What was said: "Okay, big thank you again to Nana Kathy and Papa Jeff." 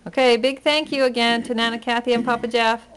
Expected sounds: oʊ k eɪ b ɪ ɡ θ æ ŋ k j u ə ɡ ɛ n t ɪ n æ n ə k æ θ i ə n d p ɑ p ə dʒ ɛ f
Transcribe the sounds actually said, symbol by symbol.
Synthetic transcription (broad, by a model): oʊ k eɪ b ɪ ɡ θ æ ŋ k j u ə ɡ ɛ n t ɪ n æ n ə k æ θ i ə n p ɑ p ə dʒ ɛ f